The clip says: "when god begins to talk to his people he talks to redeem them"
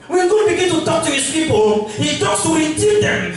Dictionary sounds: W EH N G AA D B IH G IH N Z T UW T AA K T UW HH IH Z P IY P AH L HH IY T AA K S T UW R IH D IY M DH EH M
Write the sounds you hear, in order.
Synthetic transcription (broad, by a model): W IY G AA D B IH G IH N T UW T AA K T UW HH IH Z P IY P AH L HH IY T AA K S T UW W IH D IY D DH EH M